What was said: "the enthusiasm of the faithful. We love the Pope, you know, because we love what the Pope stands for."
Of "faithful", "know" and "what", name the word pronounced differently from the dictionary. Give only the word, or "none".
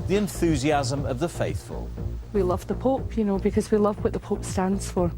none